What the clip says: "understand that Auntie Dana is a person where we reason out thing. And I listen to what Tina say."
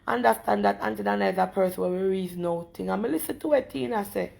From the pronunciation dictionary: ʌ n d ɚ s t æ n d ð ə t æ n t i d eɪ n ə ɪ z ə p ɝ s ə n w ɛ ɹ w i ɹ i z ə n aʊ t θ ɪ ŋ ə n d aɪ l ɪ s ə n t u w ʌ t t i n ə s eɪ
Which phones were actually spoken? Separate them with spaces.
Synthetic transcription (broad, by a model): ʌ n d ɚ s t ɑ n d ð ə t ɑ n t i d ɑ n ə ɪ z ə p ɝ s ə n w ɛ w i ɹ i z n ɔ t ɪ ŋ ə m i l ɪ s ə n t u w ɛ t t i n ə s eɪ